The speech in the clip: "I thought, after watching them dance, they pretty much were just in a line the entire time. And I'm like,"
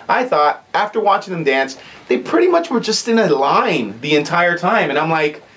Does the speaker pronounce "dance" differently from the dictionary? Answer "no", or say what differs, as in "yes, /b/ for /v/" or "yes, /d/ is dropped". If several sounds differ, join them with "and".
no